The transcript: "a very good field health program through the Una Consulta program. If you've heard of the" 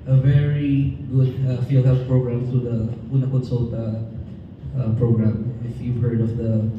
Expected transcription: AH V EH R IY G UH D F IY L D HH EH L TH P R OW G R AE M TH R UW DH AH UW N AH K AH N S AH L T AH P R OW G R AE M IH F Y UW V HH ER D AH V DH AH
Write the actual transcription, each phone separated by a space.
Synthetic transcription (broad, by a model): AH V EH R IY G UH D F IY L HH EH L F P R OW G R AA M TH R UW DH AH UW N AH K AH N S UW L T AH P R OW G R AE M IH F Y UW V HH ER D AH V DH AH